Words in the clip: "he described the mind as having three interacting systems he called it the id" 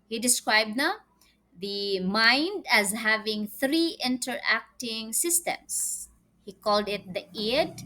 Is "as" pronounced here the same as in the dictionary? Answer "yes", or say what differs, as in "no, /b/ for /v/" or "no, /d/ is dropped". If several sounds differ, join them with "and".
yes